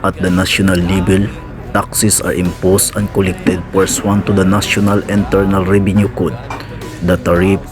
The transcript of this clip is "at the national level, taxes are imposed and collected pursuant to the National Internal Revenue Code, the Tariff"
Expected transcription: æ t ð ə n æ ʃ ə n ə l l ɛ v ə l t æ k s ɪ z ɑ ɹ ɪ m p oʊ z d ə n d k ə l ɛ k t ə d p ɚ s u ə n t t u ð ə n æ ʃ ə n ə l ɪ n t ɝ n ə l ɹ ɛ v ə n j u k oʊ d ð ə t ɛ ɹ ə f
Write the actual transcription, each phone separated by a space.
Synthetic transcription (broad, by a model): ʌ t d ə n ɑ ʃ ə n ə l l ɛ b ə l t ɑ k s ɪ s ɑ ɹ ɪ m p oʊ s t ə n k ə l ɛ k t ə d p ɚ s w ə n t t u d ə n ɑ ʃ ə n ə l ɪ n t ɝ n ə l ɹ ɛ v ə n j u k oʊ d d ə t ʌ ɹ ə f